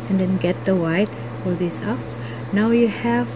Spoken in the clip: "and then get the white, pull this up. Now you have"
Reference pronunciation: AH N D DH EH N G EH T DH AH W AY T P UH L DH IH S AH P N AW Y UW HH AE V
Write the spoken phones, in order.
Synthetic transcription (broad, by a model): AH N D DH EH N G EH T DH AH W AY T F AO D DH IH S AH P N AW Y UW HH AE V